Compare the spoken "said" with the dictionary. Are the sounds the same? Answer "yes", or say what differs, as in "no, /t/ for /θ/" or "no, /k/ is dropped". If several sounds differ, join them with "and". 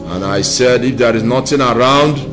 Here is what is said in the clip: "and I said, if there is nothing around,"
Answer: yes